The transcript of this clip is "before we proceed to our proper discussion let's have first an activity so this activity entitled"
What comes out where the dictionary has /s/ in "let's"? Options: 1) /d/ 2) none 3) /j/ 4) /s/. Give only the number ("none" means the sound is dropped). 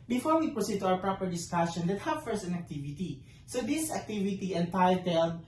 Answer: 2